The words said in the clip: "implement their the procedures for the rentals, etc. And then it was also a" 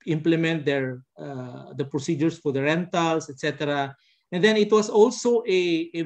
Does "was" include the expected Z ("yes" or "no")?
no